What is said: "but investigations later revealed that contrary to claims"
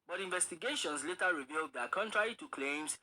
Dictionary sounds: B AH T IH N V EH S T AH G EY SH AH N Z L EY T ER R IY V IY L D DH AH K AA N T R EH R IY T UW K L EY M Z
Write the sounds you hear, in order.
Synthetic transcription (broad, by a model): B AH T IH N V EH S T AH G EY SH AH N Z L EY T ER R IY V IY L D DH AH K AA N T R EH R IY T UW K L EY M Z